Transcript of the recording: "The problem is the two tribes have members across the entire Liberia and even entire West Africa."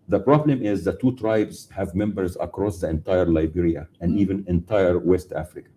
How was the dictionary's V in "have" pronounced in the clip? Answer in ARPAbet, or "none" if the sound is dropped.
V